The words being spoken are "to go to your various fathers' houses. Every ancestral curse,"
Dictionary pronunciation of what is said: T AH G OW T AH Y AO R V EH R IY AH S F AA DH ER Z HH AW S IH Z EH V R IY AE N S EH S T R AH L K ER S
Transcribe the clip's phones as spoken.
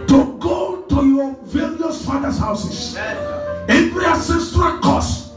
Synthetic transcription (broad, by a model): T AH G OW T AH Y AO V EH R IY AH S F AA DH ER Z HH AW S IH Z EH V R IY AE S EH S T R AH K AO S